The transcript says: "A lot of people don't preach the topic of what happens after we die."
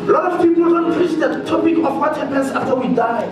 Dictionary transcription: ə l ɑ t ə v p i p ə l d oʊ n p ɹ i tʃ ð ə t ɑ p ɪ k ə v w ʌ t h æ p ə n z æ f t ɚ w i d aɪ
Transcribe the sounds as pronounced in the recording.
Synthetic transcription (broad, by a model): l ɑ t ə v p i p ə l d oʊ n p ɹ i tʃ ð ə t ɑ p ɪ k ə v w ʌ t h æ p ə n s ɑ f t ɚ w i d aɪ